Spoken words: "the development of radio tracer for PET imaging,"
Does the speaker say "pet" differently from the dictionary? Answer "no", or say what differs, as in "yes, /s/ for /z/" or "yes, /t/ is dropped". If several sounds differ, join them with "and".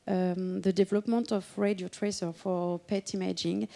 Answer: no